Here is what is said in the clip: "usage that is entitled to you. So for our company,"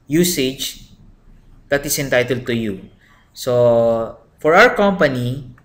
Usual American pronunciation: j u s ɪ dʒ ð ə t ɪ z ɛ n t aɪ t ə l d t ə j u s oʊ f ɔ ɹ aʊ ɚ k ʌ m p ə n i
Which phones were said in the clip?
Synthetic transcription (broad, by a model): j u s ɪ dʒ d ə t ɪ s ɛ n t aɪ t ə l d t ə j u s oʊ f ɔ ɹ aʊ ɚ k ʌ m p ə n i